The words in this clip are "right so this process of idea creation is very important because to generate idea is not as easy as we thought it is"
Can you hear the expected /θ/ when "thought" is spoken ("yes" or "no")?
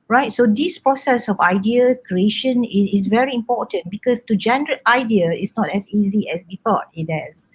no